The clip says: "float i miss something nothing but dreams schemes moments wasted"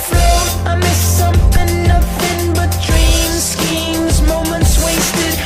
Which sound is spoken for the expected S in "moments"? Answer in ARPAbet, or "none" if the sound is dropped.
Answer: S